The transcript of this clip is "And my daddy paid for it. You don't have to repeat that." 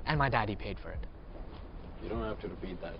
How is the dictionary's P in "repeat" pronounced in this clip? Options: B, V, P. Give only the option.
B